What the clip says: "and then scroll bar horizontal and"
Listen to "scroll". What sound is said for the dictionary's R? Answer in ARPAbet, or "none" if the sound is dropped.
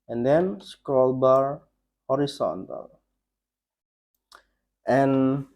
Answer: none